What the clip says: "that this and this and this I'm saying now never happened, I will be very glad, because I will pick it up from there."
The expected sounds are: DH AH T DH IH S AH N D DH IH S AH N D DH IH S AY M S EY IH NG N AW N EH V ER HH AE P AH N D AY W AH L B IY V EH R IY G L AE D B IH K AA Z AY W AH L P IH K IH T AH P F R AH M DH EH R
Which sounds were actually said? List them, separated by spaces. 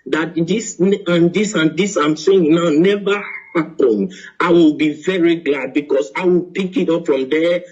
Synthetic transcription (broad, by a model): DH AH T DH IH S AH N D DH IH S AH N D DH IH S AY M S EY IH NG N AW N EH V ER HH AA P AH N AY W AH L B IY V EH R IY G L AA D B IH K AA S AY W AH L P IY K IH T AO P F R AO M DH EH